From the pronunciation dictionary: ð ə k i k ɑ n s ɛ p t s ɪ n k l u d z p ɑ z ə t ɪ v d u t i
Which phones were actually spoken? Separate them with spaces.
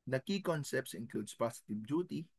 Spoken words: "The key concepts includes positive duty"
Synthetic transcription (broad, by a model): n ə k i k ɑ n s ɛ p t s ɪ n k u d s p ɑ s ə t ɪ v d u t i